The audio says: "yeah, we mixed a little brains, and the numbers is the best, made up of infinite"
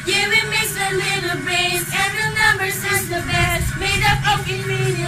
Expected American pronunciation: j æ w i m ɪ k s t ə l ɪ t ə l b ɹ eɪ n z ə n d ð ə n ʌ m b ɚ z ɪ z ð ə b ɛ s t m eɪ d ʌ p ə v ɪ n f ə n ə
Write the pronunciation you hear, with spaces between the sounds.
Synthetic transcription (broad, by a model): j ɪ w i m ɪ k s ə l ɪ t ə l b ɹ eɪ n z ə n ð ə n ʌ m b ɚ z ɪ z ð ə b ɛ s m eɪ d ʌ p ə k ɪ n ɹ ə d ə